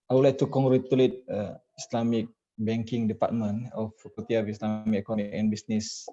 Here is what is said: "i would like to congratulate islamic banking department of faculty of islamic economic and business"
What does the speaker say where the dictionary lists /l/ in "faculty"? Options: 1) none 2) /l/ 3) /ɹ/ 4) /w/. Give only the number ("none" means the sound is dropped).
1